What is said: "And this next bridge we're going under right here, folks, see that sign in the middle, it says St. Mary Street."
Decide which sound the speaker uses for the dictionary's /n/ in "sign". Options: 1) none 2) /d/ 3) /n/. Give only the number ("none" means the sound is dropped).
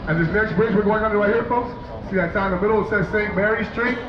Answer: 1